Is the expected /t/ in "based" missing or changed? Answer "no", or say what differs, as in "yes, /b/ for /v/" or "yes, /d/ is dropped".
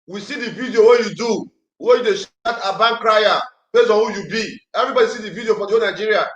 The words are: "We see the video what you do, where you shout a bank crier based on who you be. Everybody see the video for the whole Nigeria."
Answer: yes, /t/ is dropped